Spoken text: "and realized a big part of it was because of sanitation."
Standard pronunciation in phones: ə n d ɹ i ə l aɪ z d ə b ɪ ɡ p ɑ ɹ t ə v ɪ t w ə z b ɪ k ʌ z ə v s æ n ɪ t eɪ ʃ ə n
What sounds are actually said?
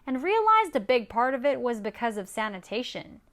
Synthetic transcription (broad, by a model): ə n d ɹ i ə l aɪ z d ə b ɪ ɡ p ɑ ɹ t ə v ɪ t w ə z b ɪ k ʌ z ə v s æ n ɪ t eɪ ʃ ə n